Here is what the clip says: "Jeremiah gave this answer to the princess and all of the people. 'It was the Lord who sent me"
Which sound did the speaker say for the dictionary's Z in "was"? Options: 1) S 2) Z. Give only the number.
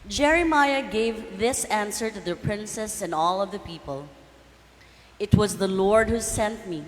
2